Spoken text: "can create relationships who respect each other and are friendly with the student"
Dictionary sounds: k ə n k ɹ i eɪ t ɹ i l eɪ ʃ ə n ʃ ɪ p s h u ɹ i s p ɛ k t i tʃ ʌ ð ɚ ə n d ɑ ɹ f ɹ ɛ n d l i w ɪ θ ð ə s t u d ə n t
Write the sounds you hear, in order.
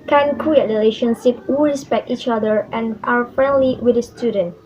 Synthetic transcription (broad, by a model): k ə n k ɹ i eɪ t ɹ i l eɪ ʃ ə n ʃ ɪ p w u ɹ i s p ɛ k t i tʃ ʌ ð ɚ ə n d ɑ w f ɹ ɛ n d l i w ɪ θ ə s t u d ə n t